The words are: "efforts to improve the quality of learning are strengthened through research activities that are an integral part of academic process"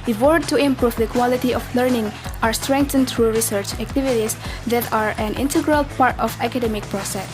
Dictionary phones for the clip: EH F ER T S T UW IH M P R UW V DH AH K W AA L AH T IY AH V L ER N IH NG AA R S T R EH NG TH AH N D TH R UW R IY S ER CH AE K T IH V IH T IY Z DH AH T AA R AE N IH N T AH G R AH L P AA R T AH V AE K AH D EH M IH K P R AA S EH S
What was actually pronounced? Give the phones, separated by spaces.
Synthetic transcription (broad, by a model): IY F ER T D T UW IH M P R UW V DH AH K W AA L AH T IY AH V L ER N IH NG AA R S T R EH NG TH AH N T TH R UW R IY S ER CH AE K T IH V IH T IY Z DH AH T AA R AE N IH N T AH G R AH L P AA R T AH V AE K AH D EH M IH K P R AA S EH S